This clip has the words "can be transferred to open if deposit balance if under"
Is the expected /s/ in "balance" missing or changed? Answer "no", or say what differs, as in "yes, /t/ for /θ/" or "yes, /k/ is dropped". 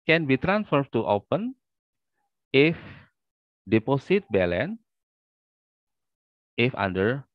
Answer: yes, /s/ is dropped